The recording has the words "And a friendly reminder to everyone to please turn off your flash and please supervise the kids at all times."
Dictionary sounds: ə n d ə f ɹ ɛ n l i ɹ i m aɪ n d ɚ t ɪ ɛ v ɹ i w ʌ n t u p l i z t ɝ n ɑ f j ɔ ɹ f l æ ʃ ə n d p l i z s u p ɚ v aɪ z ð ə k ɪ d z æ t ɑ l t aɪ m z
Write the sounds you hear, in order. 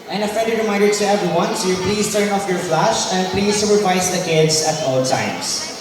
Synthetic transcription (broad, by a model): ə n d ə f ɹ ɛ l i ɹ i m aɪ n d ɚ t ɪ ɛ v ɹ i w ʌ n s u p l i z t ɝ n ɑ f j ɔ ɹ f l æ ʃ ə n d p l i z s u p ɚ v aɪ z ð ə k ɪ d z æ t ɑ l t aɪ m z